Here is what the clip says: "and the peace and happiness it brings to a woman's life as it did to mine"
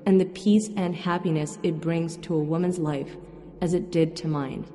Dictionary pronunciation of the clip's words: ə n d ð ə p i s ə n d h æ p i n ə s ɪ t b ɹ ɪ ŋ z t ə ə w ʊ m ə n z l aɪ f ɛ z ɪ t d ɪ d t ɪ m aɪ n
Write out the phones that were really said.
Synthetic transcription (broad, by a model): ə n ð ə p i s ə n h æ p i n ə s ɪ t b ɹ ɪ ŋ z t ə ə w ʊ m ə n z l aɪ f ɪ z ɪ t d ɪ d t ɪ m aɪ n